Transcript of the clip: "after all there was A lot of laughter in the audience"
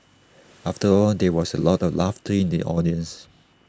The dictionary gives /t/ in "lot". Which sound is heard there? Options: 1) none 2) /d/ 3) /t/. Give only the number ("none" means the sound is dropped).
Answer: 3